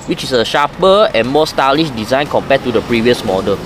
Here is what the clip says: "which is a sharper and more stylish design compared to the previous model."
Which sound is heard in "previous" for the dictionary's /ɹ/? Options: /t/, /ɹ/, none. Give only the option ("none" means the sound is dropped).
/ɹ/